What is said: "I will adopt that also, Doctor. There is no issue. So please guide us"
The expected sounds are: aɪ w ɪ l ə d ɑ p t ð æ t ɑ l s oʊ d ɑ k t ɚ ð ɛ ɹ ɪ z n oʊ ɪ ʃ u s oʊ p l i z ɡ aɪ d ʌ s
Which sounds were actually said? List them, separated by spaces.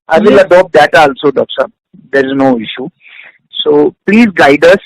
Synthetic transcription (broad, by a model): aɪ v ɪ l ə d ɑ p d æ t ɑ l s oʊ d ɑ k s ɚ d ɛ ɹ ɪ z n oʊ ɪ ʃ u s oʊ p l i z ɡ aɪ d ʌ s